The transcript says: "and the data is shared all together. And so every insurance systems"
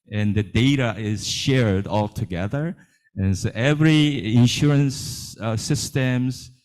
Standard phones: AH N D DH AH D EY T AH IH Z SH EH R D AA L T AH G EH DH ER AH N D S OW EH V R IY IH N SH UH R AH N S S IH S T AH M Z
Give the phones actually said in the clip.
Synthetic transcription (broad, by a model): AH N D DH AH D EY T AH IH Z SH EH R D AA L T AH G EH DH ER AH N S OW EH V R IY IH N SH UH R AH N S S IH S T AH M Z